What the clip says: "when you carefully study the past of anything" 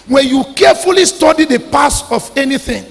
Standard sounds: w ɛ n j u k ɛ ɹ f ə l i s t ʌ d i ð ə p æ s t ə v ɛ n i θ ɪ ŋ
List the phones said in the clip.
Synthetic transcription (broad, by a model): w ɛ n j u k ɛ f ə l i s t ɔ d i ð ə p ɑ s ə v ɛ n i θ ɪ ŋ